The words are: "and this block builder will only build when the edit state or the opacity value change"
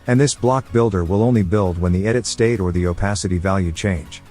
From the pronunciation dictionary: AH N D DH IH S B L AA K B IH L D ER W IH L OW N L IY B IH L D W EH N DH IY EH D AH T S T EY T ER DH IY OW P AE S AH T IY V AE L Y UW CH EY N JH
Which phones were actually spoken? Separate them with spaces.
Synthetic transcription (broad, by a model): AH N DH IH S B L AA K B IH L D ER W IH L OW N L IY B IH L D W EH N DH IY EH D AH T S T EY T ER DH IY OW P AE S AH T IY V AE L Y UW CH EY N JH